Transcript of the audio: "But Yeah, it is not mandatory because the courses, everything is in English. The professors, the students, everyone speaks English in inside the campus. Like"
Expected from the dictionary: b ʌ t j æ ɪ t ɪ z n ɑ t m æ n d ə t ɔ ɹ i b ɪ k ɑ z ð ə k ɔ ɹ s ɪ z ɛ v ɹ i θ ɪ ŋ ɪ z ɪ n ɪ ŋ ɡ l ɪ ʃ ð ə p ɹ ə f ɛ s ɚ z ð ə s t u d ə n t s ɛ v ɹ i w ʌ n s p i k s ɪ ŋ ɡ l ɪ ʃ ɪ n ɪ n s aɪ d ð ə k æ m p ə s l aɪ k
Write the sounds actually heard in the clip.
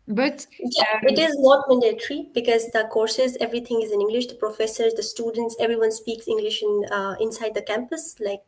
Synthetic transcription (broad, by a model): b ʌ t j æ ɪ t ɪ z n ɑ t m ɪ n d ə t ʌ ɹ i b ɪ k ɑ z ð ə k ɔ ɹ s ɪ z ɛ v ɹ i t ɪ ŋ ɪ z ɪ n ɪ ŋ ɡ l ɪ ʃ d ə p ɹ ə f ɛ s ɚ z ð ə s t u d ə n t s ɛ v ɹ i w ʌ n s p i k s ɪ ŋ ɡ l ɪ ʃ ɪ n ɪ n s aɪ d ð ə k æ m p ə s l aɪ k